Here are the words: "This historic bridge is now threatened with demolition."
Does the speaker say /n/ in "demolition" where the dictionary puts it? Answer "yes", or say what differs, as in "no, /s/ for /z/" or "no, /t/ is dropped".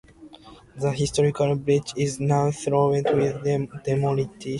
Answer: no, /n/ is dropped